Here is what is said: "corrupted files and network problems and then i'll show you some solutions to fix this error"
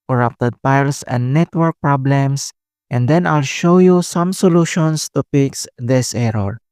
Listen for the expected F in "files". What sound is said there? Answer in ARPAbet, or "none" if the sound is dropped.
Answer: P